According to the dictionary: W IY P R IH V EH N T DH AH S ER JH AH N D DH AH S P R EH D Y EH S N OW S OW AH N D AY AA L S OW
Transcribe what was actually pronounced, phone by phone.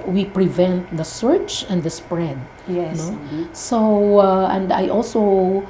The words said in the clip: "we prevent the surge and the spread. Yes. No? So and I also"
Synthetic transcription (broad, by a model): W IY P R IH V EH N T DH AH S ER CH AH N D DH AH S P R EH D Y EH N OW S OW AH N D AY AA L S OW